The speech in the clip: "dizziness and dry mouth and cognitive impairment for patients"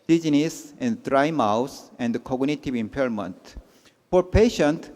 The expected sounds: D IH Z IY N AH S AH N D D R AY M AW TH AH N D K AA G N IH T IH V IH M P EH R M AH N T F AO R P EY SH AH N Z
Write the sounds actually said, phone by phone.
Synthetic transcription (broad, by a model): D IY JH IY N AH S AH N D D R AY M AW S AH N D K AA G N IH T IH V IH M P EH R M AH N T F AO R P EY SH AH N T